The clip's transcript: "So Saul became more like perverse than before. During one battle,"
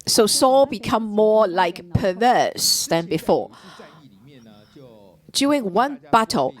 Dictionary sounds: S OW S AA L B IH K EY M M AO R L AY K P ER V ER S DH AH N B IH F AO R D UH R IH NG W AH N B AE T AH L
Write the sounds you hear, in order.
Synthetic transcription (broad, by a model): S OW S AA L B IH K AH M M AO L AY K P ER V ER S DH AH N B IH F AO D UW IH NG W AH N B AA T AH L